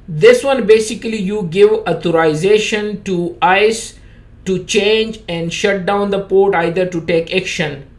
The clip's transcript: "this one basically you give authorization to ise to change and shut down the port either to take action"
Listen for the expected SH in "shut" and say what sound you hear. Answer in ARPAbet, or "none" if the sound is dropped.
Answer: SH